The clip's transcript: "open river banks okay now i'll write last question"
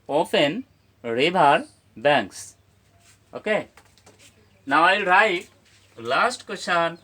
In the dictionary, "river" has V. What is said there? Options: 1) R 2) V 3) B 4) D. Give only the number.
3